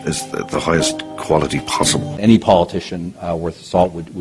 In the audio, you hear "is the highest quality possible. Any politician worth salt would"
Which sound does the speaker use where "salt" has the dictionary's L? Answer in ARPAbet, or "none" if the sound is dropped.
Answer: none